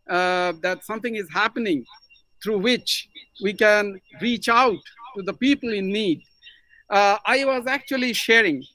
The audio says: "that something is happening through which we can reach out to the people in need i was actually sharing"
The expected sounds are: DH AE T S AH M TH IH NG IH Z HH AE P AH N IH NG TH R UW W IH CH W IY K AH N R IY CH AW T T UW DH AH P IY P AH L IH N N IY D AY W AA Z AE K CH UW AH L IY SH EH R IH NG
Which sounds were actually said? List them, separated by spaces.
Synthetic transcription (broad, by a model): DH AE T S AH M T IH NG IH Z HH AE P AH N IH NG T R UW W IH CH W IY K AH N R IY CH AW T T UW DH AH P IY P AH L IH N N IY D AY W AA Z AE K CH UW AH L IY SH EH R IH NG